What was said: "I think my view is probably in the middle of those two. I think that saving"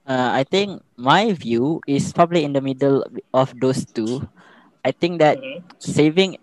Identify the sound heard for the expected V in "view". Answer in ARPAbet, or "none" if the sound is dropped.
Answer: V